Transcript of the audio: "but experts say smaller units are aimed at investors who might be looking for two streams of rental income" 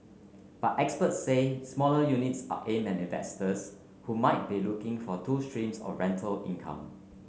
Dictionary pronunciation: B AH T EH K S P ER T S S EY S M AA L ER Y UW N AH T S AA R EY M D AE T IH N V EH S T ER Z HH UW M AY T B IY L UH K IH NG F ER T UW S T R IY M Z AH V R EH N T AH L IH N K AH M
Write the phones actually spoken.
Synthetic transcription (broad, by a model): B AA T EH K S P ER T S S EY S M AA L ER Y UW N AH T S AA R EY M AE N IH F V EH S T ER S HH UW M AY T B IY L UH K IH NG F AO T UW S T R IY M S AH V R EH N T AH L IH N K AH M